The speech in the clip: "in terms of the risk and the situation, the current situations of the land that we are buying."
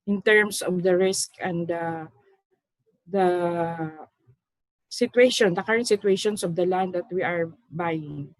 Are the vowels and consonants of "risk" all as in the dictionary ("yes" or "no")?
yes